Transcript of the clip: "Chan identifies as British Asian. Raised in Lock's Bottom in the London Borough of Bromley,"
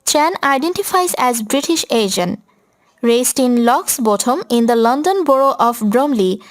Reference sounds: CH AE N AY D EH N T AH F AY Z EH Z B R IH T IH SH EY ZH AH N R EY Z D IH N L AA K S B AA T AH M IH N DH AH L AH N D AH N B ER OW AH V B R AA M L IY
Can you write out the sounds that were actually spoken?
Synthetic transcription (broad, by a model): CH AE N AY D EH N T AH F AY Z EH Z B R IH T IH SH EY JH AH N R EY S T IH N L AA K S B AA T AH M IH N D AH L AH N D AH N B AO OW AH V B R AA M L IY